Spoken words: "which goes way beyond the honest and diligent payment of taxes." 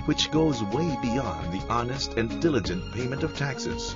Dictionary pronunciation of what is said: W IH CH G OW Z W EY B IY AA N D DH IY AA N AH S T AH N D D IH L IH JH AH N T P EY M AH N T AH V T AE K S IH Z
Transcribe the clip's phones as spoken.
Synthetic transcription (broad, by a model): W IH CH G OW Z W EY B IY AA N DH IY AA N AH S T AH N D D IH L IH JH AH N P EY M AH N T AH V T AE K S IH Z